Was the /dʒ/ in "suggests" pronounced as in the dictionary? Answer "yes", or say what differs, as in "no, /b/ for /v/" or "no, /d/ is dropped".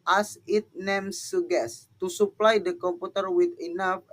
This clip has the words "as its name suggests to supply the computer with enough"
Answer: no, /dʒ/ is dropped